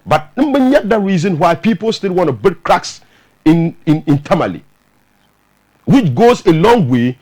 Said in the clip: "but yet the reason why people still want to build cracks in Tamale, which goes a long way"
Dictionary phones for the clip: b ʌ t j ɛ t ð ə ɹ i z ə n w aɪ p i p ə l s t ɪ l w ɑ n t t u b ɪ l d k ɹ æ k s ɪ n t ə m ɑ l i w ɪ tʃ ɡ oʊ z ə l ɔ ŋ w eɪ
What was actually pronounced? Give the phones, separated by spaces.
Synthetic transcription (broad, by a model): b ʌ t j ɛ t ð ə ɹ i z ə n w aɪ p i p ə l s t ɪ l w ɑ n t t u b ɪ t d k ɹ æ k s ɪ n t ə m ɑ l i w ɪ tʃ ɡ oʊ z ə l ɔ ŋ w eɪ